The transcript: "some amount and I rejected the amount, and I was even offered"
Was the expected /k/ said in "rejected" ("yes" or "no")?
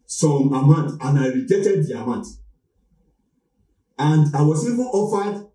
no